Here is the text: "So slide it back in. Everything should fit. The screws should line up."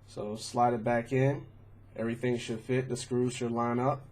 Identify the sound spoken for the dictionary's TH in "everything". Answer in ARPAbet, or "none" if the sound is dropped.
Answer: TH